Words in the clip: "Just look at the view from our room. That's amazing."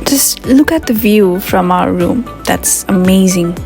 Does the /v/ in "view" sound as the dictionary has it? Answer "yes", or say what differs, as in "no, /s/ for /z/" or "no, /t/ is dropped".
yes